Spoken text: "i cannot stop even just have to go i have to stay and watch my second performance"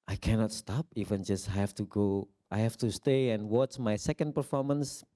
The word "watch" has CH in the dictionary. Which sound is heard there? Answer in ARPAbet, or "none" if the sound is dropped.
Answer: S